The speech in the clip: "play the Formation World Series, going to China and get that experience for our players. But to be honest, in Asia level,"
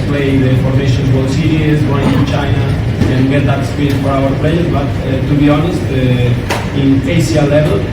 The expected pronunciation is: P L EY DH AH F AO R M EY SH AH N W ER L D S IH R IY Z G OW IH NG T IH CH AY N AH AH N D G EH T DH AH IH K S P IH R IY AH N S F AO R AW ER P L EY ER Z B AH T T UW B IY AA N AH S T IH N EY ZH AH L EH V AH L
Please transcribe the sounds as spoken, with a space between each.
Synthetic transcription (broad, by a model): P L EY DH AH F AO R M EY SH AH N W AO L S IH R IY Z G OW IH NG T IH CH AY N AH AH N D G EH T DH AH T S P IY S F AO R AW ER P L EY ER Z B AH T T UW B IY AA N AH S T IH N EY S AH L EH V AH L